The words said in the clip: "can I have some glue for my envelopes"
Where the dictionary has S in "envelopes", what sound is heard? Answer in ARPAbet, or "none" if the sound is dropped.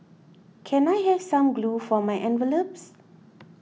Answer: S